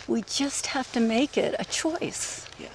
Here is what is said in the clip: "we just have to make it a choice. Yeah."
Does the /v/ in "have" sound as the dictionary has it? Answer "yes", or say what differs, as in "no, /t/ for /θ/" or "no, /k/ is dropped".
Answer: no, /f/ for /v/